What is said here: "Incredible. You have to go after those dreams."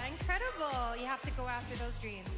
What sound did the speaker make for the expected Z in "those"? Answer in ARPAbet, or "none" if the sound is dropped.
Z